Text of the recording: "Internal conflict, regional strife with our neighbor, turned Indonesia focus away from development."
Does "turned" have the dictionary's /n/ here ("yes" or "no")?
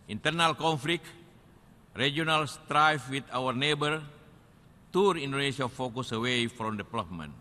no